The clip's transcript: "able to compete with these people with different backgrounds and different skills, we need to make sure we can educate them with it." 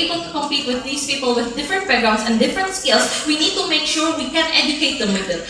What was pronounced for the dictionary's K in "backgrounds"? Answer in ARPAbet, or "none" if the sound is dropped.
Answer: none